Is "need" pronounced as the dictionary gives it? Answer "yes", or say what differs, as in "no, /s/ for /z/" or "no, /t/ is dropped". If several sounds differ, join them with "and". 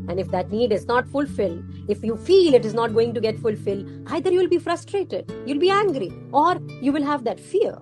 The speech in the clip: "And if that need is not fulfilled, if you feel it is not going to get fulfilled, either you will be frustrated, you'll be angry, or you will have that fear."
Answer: yes